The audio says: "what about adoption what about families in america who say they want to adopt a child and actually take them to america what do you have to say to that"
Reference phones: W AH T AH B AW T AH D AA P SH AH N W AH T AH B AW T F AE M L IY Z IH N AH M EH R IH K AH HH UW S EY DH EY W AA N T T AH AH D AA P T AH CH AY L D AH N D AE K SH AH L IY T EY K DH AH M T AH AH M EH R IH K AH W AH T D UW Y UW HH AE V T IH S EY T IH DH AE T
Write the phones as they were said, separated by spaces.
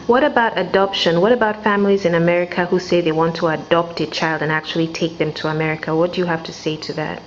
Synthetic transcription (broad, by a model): W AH T AH B AW T AH D AA P SH AH N W AH T AH B AW T F AE M L IY Z IH N AH M EH R IH K AH HH UW S EY DH EY W AA N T T AH AH D AA P T AH CH AY L D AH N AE K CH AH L IY T EY K DH AH M T AH AH M EH R IH K AH W AH T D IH Y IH HH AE F T IH S EY T IH DH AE T